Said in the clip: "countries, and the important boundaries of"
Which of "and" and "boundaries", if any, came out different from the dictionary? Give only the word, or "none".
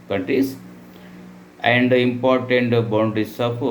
boundaries